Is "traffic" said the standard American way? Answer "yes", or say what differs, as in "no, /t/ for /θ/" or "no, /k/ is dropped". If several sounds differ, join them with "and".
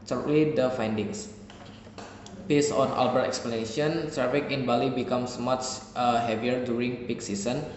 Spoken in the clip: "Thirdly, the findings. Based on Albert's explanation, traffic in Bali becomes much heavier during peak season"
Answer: no, /s/ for /t/